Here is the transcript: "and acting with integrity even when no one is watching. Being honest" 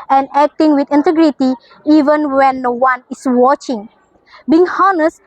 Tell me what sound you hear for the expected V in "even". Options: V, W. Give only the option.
V